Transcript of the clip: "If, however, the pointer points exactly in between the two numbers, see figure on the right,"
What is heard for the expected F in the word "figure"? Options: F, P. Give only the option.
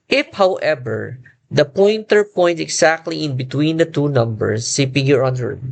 P